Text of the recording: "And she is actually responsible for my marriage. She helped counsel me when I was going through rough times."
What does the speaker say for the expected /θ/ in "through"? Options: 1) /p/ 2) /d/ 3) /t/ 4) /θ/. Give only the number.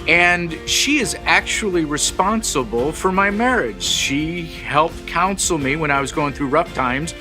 4